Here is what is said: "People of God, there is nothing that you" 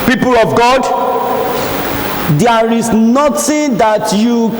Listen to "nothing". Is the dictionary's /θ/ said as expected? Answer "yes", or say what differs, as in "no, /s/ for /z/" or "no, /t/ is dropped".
no, /t/ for /θ/